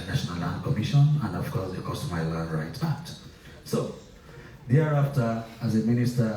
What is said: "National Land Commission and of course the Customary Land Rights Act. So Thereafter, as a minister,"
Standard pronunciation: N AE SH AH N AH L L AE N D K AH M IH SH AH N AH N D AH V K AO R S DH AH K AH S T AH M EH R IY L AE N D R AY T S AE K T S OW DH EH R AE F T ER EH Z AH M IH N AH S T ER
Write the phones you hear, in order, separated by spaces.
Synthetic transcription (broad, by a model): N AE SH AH N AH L L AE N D K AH M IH SH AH N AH N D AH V K AO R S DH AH K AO S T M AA IY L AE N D R AY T AE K T S OW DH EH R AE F T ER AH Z AH M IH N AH S T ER